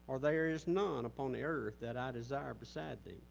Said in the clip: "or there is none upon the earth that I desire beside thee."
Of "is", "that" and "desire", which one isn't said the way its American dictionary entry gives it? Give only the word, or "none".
none